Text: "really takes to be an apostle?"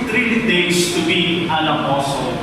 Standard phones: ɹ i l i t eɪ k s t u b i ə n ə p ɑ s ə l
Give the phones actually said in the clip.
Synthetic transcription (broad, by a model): ɹ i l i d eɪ s t u b i ə n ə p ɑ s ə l